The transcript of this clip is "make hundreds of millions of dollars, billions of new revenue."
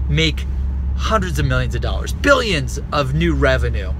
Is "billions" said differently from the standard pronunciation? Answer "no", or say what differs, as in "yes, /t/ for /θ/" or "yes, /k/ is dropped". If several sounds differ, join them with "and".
no